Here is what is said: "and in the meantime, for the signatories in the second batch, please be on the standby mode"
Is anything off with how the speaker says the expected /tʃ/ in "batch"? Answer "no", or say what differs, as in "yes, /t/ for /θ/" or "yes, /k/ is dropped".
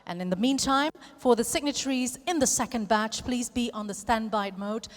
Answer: no